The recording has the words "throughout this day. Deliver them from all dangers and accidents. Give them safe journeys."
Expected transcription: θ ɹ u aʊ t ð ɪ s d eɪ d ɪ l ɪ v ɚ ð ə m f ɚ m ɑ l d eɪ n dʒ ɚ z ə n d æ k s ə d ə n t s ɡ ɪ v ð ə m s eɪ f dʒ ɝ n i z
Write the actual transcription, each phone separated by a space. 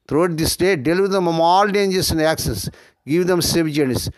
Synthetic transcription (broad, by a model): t ɹ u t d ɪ s d eɪ d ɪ l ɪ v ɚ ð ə m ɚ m ɑ l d eɪ n dʒ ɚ s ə n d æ k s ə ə n s ɡ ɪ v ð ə m s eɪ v dʒ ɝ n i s